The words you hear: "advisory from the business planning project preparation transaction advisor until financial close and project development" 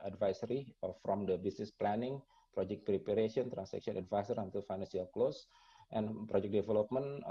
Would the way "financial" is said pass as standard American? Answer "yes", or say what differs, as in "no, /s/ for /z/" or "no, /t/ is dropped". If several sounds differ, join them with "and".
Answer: no, /s/ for /ʃ/